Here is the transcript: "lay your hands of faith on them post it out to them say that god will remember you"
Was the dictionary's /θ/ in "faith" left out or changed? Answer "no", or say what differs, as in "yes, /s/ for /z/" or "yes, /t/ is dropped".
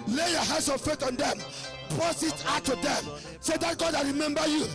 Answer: yes, /t/ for /θ/